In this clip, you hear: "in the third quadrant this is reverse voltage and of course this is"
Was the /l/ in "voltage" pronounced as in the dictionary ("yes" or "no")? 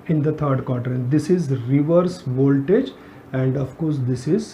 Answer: yes